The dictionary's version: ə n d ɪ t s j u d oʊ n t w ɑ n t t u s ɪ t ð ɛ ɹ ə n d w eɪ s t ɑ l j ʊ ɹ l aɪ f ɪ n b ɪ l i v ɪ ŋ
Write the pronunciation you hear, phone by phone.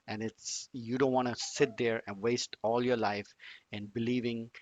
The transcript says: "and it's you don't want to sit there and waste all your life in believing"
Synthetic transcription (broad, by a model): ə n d ɪ t s j u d oʊ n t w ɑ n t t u s ɪ t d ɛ ɹ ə n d w eɪ s t ɑ l j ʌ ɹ l aɪ f ɪ n b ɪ l i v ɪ ŋ